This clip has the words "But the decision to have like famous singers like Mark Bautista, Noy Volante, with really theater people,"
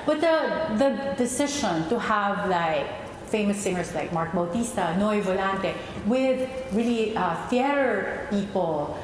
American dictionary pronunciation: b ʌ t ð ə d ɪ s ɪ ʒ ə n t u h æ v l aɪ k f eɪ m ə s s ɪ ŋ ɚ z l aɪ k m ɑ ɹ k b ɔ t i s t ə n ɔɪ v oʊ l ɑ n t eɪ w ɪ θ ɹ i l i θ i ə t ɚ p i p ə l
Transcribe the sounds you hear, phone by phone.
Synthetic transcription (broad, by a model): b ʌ t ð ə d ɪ s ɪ ʃ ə n t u h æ v l aɪ k f eɪ m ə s s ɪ ŋ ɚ s l aɪ k m ɑ ɹ k b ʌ t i s t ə n ɔɪ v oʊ l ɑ n t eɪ w ɪ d ɹ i l i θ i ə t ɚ p i p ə l